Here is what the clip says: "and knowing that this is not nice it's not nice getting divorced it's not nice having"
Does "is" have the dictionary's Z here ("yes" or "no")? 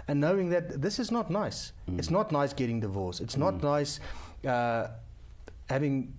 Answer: yes